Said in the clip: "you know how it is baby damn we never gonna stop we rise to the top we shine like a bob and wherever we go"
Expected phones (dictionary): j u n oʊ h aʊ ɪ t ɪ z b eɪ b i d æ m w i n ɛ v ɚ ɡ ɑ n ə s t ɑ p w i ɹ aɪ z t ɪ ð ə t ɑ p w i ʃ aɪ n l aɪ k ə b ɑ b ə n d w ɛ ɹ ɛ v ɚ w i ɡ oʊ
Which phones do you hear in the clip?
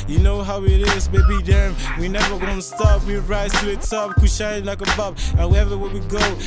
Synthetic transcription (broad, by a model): j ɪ n oʊ h aʊ ɪ t ɪ z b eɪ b i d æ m w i n ɛ v ɚ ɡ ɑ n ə s t ɑ p w i ɹ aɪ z t ɪ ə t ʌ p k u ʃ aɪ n l aɪ k ə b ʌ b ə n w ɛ ɛ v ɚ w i ɡ oʊ